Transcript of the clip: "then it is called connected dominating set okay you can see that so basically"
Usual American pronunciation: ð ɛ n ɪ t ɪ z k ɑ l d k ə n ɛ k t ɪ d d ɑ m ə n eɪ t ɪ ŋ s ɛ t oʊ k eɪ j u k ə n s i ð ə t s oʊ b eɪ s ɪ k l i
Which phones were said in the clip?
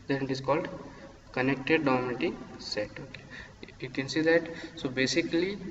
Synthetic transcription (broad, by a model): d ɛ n ɪ t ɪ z k ɑ l d k ə n ɛ k t ɪ d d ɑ m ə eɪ t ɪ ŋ s ɛ t oʊ k eɪ j u k ə n s i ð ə t s oʊ b eɪ s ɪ k l i